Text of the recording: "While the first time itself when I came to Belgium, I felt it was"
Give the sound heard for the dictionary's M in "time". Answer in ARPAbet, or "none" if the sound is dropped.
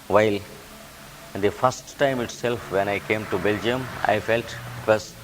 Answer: M